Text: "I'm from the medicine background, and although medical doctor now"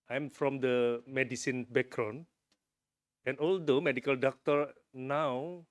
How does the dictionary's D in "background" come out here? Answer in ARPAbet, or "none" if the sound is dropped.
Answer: none